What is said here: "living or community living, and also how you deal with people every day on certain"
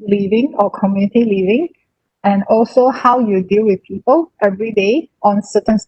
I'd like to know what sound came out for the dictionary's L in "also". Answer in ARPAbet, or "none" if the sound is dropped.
L